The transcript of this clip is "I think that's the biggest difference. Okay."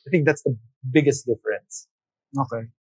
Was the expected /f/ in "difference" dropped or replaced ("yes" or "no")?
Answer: no